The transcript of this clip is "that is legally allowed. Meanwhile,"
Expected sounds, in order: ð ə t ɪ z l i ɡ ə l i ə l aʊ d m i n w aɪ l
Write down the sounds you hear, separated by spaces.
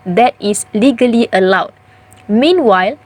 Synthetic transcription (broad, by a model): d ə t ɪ s l i ɡ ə l i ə l aʊ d m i n w aɪ l